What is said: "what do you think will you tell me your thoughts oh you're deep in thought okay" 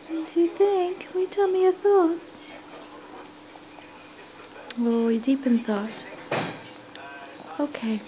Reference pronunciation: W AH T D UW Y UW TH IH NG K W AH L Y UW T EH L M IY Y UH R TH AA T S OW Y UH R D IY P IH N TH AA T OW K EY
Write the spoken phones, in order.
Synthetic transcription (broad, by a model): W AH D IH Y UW TH IH NG K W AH T EH L M IY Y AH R TH AA T S OW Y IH D IY P IH N TH AA T OW K EY